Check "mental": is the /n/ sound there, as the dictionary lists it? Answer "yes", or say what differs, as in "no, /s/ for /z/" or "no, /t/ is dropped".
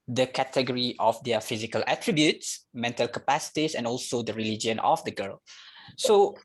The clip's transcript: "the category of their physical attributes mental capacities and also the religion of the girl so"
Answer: yes